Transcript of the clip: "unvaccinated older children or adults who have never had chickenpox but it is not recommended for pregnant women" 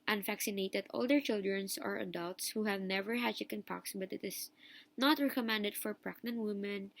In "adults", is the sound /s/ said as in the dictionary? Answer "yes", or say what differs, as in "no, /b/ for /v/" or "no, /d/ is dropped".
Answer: yes